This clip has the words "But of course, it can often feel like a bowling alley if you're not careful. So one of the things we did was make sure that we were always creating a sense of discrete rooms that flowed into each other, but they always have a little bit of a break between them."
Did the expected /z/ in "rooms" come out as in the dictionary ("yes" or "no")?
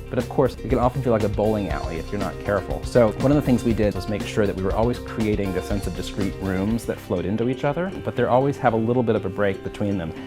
yes